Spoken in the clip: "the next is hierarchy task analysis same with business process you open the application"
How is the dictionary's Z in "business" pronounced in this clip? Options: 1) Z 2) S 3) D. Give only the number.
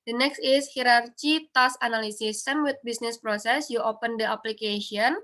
2